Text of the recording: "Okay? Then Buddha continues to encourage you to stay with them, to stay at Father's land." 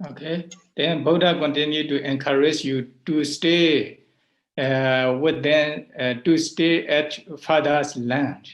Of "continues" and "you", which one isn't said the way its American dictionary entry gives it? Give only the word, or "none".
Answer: continues